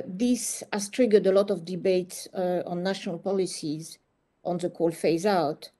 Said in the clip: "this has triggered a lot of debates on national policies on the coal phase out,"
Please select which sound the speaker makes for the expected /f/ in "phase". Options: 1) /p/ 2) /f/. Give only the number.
2